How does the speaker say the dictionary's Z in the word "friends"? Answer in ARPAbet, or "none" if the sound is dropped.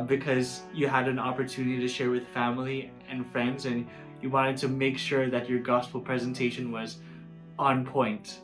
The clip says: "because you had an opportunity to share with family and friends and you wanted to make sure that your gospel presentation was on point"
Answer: Z